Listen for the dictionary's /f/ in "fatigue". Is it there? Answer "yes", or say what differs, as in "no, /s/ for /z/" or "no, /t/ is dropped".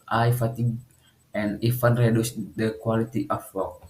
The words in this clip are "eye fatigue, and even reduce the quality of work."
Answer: yes